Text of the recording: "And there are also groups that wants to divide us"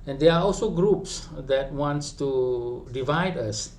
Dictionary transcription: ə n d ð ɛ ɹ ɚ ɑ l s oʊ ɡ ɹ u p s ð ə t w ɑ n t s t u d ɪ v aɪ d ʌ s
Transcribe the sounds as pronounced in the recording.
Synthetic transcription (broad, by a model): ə n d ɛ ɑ ɑ l s oʊ ɡ ɹ u p s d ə t w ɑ n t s t u d ɪ v aɪ d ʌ s